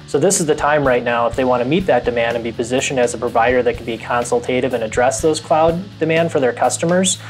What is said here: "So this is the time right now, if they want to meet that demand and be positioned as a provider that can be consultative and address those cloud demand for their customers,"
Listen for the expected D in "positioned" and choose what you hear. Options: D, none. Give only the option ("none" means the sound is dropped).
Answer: D